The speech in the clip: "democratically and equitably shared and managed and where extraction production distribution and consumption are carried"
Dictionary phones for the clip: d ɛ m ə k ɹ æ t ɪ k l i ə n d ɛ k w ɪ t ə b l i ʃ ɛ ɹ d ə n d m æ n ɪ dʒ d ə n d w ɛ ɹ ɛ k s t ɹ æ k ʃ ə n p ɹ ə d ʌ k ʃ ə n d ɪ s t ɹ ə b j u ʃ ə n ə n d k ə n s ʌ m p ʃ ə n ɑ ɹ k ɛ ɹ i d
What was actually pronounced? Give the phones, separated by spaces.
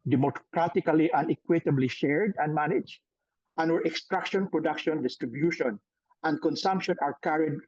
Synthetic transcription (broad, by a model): d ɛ m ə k ɹ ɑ t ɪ k l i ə n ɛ k w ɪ t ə b l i ʃ ɛ ɹ d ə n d m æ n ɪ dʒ ə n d w ɛ ɹ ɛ k s t ɹ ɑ k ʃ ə n p ɹ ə d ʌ k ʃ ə n d ɪ s t ɹ ə b j u ʃ ə n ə n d k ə n s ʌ m p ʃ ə n ɑ ɹ k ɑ ɹ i d